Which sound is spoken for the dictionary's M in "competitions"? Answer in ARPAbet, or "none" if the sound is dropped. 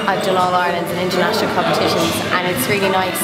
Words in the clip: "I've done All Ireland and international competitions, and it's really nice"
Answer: M